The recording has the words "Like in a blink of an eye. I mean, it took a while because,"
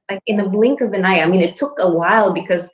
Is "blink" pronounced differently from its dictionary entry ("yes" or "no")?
no